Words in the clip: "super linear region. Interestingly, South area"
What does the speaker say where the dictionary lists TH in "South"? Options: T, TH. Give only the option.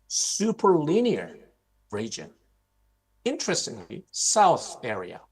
TH